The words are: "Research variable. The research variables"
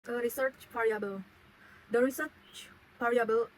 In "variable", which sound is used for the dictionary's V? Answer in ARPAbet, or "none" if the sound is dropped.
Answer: P